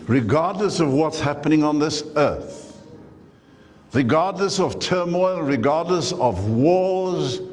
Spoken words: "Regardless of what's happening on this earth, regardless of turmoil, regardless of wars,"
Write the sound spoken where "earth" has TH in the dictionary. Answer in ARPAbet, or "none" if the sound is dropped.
TH